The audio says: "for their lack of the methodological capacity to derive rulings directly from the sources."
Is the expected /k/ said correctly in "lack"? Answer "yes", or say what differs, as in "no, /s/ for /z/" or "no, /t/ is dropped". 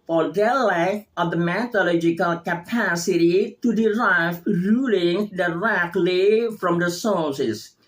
no, /k/ is dropped